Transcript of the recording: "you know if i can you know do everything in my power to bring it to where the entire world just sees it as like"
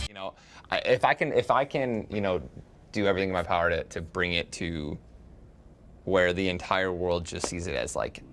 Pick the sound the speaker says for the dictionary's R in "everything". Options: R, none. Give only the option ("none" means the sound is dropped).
R